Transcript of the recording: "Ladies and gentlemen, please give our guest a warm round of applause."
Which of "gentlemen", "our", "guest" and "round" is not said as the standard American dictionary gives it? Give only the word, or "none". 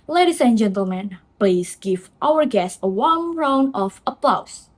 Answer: round